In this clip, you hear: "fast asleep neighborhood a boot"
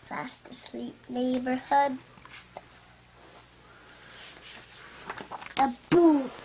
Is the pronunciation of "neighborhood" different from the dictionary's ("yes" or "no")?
no